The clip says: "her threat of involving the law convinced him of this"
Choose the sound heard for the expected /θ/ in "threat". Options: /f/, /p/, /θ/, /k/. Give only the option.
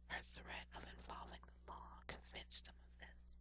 /θ/